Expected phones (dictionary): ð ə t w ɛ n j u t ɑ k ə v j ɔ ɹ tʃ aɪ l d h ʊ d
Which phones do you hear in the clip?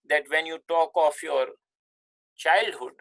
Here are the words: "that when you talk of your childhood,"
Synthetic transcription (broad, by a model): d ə t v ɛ n j u t ɑ k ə f j ɔ ɹ tʃ aɪ l d h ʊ d